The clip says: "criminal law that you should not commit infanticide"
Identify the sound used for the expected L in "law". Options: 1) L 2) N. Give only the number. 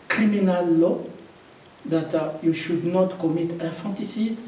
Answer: 1